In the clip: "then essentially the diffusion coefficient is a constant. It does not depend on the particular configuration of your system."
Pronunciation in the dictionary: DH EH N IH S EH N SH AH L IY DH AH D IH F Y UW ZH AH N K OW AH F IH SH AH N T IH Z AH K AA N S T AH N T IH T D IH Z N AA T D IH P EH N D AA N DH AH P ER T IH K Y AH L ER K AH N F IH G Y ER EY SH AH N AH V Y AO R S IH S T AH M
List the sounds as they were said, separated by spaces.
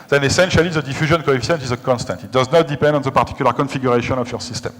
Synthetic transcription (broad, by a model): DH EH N IH S EH N SH AH L IY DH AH D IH F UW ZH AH N K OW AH F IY S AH N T IH Z AH K AA N S T AH N T IH T D IH Z N AA T D IH P EH N D AA N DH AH P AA T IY K Y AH L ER K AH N F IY G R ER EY SH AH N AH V Y AO R S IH S T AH M